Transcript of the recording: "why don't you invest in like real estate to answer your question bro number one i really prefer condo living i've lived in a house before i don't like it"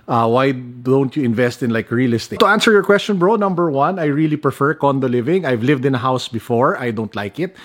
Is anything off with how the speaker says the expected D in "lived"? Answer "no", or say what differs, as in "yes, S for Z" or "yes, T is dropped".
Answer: no